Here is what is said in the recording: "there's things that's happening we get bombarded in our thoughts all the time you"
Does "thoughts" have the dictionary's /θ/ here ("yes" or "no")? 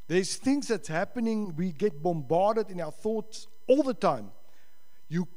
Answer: yes